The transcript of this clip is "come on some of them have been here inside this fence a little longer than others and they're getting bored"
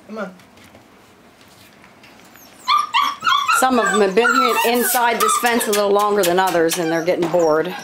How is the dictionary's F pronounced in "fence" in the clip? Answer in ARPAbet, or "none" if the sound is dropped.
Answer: P